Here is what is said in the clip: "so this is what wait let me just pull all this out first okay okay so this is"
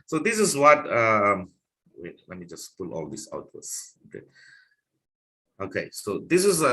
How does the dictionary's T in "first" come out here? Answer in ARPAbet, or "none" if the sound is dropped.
none